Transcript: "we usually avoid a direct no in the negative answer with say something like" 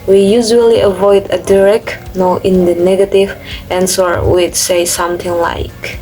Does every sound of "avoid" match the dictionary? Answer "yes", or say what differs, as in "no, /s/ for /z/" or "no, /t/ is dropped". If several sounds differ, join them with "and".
yes